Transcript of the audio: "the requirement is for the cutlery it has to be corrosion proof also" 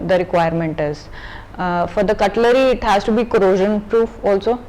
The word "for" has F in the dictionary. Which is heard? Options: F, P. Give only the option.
F